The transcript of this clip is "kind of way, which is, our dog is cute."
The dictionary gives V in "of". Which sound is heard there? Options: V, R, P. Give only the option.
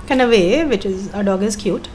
V